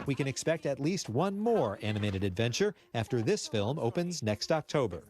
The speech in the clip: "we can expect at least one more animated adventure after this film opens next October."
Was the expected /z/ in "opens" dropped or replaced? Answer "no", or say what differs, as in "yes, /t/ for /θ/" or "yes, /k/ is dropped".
no